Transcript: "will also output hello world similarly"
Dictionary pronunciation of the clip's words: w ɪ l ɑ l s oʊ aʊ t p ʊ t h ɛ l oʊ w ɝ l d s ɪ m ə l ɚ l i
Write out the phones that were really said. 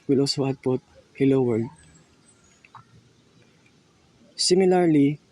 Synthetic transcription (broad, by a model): w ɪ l ɑ l s oʊ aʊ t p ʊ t h ɛ l oʊ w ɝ d s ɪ m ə l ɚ l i